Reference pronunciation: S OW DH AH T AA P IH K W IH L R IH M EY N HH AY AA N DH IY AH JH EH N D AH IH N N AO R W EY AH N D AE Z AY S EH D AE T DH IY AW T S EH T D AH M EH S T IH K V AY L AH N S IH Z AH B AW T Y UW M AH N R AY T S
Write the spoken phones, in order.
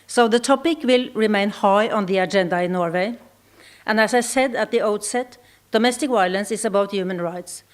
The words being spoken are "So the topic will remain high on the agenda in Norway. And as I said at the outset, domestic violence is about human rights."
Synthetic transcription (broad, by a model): S OW DH AH T AA P IH K W IH L R IH M EY N HH AY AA N DH IY AH JH EH N D AH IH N N AO R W EY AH N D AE S AY S EH D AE T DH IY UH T S EH T D AH M EH S T IH K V AY L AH N S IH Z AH B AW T Y UW M AH N R AY T S